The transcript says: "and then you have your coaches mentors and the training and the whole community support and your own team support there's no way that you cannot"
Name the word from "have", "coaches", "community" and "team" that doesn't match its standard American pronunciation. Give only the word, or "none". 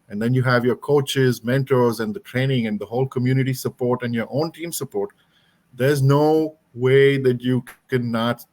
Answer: none